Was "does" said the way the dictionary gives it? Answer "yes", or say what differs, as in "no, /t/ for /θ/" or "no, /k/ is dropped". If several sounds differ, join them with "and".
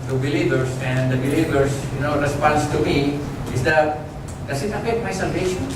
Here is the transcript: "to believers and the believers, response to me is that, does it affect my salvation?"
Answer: no, /s/ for /z/